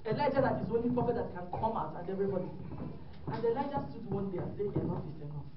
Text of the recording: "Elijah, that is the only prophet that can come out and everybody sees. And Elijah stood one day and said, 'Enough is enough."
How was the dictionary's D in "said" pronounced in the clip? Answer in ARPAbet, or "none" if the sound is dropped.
none